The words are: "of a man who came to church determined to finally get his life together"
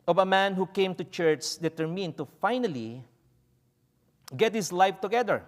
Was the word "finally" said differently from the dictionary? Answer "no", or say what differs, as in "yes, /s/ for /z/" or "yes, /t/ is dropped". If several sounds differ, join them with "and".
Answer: no